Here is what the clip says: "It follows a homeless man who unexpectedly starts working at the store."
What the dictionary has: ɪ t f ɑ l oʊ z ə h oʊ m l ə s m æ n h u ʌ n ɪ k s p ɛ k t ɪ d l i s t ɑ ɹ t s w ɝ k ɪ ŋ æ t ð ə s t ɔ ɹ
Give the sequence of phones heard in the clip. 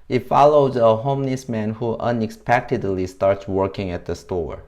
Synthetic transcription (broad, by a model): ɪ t f ɑ l oʊ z ə h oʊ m n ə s m æ n h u ʌ n ɪ k s p ɛ k t ɪ d l i s t ɑ ɹ t s w ɝ k ɪ ŋ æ t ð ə s t ɔ ɹ